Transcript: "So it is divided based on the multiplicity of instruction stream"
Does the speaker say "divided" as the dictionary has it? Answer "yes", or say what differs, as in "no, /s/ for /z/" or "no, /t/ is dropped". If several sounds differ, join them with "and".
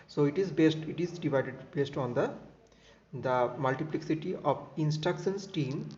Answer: yes